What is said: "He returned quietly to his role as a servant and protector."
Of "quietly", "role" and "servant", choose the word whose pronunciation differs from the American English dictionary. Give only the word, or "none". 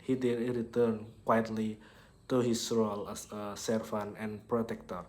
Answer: servant